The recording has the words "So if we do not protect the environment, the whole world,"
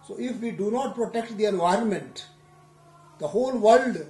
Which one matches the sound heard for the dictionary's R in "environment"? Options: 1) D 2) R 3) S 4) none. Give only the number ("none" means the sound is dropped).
2